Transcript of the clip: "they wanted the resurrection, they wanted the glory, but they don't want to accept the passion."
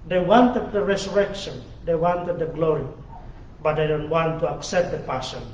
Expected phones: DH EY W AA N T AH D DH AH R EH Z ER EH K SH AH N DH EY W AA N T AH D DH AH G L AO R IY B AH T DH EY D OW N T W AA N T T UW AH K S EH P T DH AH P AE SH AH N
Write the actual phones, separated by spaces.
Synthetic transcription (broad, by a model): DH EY W AA N T AH D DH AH R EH S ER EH K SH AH N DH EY W AA N T AH D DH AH G L AO R IY B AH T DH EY D OW N T W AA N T T UW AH K S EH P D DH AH P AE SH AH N